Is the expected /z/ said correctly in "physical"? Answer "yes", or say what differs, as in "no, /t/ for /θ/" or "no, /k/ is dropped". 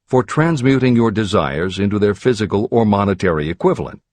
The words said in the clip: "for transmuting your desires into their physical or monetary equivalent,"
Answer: yes